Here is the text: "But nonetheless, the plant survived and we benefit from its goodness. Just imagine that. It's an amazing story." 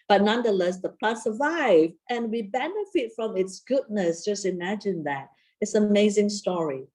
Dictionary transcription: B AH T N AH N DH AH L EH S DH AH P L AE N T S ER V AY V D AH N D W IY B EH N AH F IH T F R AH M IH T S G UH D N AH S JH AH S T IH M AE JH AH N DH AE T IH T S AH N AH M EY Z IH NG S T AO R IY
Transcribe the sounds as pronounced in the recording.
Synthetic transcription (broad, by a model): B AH T N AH N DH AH L EH S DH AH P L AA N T S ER V AY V AH N W IY B EH N AH F IH T F R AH M IH T S G UH D N AH S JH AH S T IH M AE JH AH N DH AE T IH T S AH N AH M EY Z IH NG S T AO R IY